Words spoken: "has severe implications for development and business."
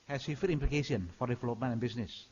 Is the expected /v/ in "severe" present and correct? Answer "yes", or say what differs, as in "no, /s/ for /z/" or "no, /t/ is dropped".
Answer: no, /f/ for /v/